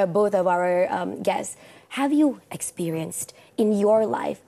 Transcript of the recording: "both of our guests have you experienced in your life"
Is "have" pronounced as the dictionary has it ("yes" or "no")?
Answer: yes